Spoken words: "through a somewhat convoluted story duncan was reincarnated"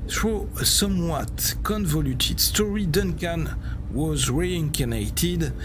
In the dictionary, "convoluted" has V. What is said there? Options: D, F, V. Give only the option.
V